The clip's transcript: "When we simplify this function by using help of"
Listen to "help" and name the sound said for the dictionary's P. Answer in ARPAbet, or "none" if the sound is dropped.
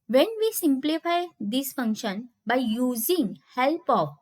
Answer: P